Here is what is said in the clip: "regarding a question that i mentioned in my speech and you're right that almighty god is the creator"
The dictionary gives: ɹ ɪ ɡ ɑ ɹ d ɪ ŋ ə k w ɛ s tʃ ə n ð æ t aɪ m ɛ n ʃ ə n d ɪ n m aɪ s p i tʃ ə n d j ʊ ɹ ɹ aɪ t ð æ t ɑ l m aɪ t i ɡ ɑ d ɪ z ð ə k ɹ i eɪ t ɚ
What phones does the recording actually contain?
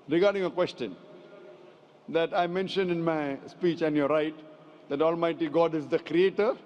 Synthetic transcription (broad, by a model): ɹ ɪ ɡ ɑ ɹ d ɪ ŋ ə k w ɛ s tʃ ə n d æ t aɪ m ɛ n ʃ ə n d ɪ n m aɪ s p i tʃ ə n d j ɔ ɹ ɹ aɪ t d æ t ɑ l m aɪ t i ɡ ɑ d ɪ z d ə k ɹ i eɪ t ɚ